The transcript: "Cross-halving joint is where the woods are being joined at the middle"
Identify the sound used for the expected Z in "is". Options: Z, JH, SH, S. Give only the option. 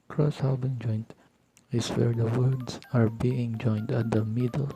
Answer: S